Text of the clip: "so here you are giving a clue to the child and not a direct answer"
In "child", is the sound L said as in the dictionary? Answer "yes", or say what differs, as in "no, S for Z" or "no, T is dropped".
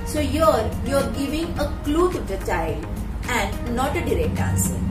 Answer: yes